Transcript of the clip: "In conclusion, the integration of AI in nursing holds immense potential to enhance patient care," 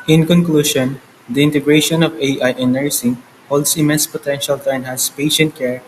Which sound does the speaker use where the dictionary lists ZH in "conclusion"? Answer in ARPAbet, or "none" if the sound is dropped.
SH